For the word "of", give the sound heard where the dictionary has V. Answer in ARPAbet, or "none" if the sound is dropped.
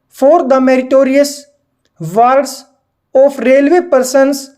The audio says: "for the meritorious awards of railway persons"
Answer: P